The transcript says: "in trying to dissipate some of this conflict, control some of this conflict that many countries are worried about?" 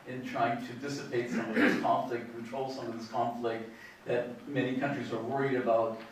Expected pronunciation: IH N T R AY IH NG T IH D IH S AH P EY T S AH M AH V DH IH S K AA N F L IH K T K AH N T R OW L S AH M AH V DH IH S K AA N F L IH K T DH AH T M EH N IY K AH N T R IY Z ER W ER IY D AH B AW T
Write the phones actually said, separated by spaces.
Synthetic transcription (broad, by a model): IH N T R AY IH NG T IH D IH S AH P EY T S AH M AH V DH IH S K AA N F L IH K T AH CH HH OW L S AH M AH V DH IH S K AA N F L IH K T DH AH T M EH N IY K AH N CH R IY Z ER W ER IY D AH B AW T